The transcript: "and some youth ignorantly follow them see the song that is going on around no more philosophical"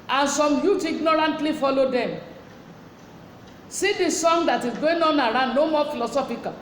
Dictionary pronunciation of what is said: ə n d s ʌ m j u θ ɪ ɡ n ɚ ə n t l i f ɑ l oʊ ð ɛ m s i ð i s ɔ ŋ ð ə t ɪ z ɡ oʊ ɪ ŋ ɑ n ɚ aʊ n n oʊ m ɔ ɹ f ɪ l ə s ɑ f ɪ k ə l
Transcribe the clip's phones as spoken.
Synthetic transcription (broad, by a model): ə n s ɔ m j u t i ɡ n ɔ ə n t l i f ɑ l oʊ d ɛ m s i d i s ɔ ŋ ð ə t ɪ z ɡ oʊ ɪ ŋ ɑ n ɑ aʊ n n oʊ m ɔ f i l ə s ɑ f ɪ k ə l